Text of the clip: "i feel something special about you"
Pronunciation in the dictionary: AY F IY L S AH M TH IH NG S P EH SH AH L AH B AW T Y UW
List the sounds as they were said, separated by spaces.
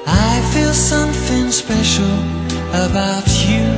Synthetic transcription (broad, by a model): AY F IY L S AH M TH IH NG S P EH SH L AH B AW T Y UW